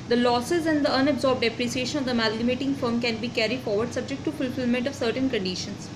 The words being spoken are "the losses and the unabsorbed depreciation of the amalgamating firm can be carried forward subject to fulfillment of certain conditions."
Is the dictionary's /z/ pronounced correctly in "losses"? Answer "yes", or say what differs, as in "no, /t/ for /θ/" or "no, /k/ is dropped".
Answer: yes